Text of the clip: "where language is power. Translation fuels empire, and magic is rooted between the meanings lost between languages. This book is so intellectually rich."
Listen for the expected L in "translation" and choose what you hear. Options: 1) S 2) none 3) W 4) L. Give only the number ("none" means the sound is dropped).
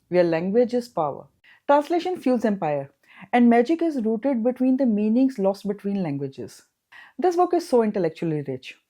4